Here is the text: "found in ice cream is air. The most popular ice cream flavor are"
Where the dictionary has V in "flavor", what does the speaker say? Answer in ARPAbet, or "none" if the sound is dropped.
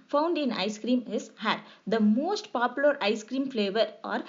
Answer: V